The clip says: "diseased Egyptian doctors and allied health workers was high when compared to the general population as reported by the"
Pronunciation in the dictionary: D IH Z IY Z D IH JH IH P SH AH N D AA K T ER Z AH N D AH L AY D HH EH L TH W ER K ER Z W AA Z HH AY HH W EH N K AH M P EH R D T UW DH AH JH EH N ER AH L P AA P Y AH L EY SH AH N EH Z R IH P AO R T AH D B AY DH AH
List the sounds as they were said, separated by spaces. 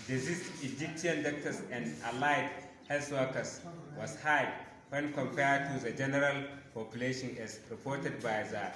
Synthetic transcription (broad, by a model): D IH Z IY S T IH JH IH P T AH N D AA K T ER S AH N D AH L AY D HH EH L S W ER K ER S W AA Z HH AY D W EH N K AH M P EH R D T UW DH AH JH EH N ER AH L P AA P Y AH L EY SH AH N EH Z R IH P AO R T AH D B AY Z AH